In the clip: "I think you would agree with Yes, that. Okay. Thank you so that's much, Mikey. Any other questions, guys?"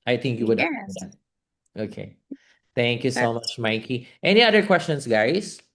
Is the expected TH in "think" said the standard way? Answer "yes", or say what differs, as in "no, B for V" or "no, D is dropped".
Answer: yes